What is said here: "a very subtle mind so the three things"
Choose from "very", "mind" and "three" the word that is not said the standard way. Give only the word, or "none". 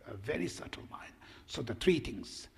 three